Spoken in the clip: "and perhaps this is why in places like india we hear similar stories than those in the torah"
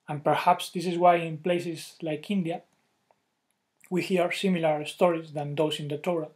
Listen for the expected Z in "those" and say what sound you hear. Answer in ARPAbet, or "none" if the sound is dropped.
S